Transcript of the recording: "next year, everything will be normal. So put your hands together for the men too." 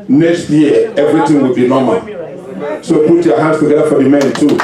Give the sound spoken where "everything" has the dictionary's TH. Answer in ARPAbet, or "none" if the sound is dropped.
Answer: T